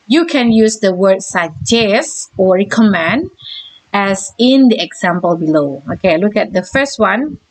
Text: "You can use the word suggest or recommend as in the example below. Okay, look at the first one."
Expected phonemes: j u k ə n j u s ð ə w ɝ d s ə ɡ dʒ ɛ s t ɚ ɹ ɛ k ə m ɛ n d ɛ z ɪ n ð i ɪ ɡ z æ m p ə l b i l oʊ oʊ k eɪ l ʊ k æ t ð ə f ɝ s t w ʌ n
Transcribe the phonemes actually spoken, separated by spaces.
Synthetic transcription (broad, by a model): j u k ə n j u s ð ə w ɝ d s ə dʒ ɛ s ɔ ɹ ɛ k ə m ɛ n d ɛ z ɪ n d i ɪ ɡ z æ m p ə l b i l oʊ oʊ k eɪ l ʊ k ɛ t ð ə f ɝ s t w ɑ n